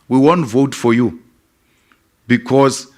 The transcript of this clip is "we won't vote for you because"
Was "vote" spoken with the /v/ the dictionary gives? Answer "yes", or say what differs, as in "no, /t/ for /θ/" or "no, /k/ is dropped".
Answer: yes